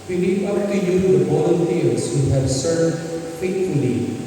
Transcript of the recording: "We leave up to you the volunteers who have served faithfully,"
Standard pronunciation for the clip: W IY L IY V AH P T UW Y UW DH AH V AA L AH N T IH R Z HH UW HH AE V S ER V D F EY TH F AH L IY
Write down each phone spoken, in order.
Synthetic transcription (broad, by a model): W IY N IY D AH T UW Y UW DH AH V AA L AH N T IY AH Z HH UW HH AE V S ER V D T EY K F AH L IY